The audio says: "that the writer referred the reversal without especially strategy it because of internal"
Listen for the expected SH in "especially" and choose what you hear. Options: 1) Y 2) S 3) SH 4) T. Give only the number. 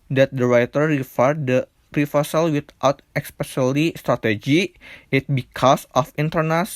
2